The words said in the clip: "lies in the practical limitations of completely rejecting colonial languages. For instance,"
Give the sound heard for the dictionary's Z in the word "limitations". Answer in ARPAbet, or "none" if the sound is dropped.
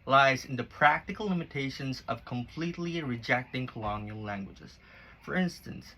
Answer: Z